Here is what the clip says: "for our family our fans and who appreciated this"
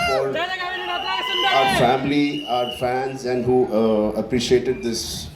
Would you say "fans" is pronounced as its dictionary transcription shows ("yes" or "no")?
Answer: yes